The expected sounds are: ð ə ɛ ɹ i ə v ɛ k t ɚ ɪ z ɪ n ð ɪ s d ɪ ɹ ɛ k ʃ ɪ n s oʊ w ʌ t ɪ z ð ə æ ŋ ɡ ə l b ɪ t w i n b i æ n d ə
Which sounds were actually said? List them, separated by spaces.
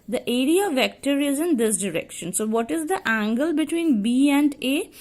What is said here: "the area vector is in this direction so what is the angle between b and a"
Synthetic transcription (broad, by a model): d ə ɛ ɹ i ə v ɛ k t ɚ ɪ z ɪ n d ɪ s d ɪ ɹ ɛ k ʃ ɪ n s oʊ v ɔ t ɪ z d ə æ ŋ ɡ ə l b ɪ t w i n b i æ n d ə